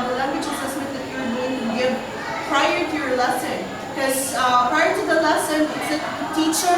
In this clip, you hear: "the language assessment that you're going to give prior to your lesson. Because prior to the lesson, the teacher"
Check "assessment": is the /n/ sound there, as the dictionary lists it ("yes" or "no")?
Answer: no